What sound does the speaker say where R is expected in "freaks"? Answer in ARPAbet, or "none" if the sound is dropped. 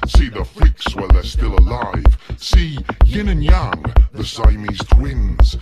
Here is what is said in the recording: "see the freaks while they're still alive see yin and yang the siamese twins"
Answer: L